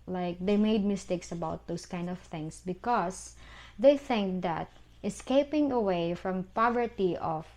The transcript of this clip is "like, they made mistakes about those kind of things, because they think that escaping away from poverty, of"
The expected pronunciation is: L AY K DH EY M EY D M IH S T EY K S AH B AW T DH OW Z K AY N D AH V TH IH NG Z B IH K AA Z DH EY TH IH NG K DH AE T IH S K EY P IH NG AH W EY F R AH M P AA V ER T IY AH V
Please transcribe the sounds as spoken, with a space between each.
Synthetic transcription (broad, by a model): L AY K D EY M EY D M IH S T EY K S AH B AW T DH OW S K AY N D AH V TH IH NG S B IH K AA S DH EY TH IH NG K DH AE T IH S K EY P IH NG AH W EY F R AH M P AA V ER T IY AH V